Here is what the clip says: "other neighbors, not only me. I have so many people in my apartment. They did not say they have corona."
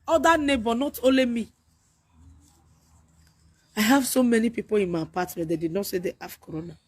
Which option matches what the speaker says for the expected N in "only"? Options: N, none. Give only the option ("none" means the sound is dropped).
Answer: none